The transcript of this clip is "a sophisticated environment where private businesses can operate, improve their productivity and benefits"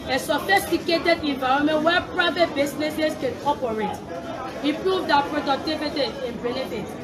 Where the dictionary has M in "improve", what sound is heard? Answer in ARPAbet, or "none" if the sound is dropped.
none